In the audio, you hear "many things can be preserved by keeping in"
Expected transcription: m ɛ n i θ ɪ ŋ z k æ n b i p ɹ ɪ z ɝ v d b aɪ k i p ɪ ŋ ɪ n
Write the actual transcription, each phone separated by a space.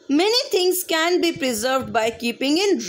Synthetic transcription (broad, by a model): m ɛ n i t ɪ ŋ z k æ n b i p ɹ ɪ z ɝ v d b aɪ k i p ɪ ŋ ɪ n